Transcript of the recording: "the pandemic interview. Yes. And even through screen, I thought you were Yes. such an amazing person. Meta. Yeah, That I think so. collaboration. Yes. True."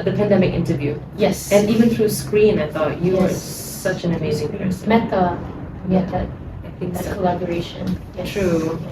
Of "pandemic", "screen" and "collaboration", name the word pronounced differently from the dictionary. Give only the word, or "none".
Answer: none